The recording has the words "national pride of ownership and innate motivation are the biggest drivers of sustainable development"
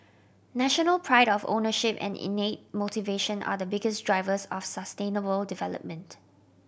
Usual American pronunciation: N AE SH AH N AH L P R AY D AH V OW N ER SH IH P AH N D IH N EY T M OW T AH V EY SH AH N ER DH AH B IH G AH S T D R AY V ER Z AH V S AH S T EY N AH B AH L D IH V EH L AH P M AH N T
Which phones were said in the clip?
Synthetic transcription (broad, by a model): N AE SH AH N AH L P R AY D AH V OW N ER SH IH P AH N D IH N EY T M OW T AH V EY SH AH N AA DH AH B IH G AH S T D R AY V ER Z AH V S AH S T EY N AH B AH L D IH V EH L AH P M AH N T